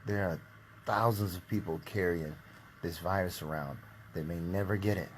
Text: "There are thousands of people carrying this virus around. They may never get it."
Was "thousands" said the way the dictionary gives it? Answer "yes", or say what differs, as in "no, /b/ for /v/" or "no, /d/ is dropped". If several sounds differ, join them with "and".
yes